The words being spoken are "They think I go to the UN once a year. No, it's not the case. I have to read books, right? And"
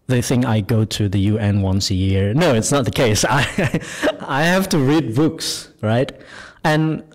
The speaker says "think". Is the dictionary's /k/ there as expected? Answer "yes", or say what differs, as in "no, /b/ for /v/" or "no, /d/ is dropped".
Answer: no, /k/ is dropped